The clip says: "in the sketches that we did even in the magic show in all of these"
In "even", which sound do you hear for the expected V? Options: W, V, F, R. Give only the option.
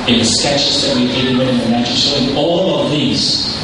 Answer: W